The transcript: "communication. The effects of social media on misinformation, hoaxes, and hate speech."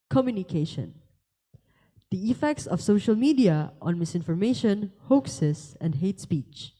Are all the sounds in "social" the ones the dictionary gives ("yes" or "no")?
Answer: yes